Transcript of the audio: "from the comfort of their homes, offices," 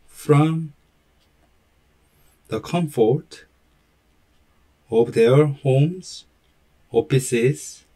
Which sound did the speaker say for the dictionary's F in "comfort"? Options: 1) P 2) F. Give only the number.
2